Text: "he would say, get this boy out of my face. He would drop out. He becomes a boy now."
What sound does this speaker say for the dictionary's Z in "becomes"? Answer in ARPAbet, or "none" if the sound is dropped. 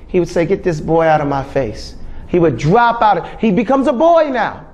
Z